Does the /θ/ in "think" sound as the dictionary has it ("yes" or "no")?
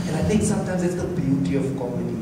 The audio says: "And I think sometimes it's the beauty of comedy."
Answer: no